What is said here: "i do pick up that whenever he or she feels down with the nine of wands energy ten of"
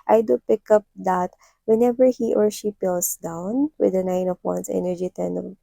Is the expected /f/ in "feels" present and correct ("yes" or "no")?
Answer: no